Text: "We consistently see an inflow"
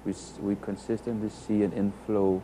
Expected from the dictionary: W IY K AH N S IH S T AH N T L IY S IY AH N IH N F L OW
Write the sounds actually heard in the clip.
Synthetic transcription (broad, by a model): W IY K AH N S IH S T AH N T IY S IY AH N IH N F L OW